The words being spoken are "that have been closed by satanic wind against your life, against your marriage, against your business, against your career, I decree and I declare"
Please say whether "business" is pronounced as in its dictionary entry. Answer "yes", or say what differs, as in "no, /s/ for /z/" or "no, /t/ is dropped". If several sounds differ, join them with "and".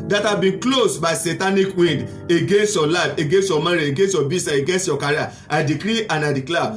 no, /s/ is dropped